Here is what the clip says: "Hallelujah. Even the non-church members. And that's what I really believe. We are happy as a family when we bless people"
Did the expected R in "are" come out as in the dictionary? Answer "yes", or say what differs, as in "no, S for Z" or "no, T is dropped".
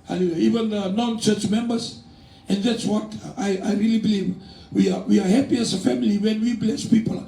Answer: no, W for R